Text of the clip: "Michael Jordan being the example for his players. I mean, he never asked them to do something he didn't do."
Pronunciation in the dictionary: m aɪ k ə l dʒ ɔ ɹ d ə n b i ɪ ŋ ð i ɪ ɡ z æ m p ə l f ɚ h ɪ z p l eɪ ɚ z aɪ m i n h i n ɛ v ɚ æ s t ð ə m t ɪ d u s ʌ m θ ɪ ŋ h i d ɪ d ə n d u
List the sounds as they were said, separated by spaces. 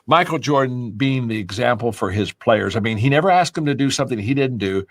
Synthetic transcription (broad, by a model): m aɪ k l dʒ ɔ ɹ d n b i ɪ ŋ ð i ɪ ɡ z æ m p l f ɚ ɪ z p l eɪ ɚ z aɪ m i n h i n ɛ v ɚ æ s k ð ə m t ɪ d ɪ s ʌ m θ ɪ ŋ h i d ɪ d n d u